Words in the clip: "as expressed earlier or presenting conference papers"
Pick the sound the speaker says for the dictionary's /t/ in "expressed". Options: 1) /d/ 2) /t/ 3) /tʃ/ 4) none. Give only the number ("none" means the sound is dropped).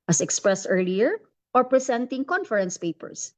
2